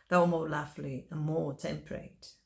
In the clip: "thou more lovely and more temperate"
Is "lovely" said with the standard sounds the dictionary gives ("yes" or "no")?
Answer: no